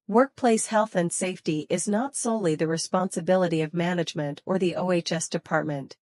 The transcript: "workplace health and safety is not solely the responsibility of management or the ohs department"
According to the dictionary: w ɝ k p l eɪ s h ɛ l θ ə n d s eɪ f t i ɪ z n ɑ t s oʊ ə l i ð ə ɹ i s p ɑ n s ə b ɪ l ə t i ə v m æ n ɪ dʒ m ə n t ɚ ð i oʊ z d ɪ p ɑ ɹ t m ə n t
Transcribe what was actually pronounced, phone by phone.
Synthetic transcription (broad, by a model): w ɝ k p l eɪ s h ɛ l θ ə n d s eɪ f t i ɪ z n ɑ t s oʊ ə l i ð ə ɹ i s p ɑ n s ə b ɪ l ə t i ə v m æ n ɪ dʒ m ə n t ɚ ð i oʊ s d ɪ p ɑ ɹ t m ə n t